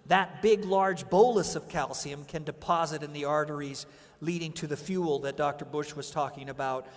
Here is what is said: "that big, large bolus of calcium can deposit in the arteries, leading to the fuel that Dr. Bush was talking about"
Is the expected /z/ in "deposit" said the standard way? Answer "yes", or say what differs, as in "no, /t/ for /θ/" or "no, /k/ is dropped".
yes